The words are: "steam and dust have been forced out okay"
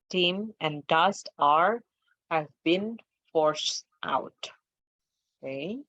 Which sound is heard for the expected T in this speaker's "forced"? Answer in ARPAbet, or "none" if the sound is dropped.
T